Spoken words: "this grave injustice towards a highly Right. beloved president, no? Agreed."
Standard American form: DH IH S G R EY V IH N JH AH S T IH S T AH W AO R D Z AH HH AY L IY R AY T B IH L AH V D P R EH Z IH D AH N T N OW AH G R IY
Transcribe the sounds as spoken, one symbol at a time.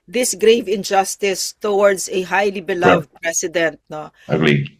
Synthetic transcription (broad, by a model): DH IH S G R EY V IH N JH AH S T IH S T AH W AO R D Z AH HH AY L IY B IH L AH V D P R EH S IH D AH N T N OW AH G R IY